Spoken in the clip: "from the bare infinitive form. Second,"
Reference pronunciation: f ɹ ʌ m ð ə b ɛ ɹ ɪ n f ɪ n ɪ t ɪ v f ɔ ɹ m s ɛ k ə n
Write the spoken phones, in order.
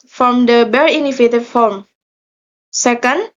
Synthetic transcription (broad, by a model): f ɹ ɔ m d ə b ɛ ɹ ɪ n ɪ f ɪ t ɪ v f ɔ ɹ m s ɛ k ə n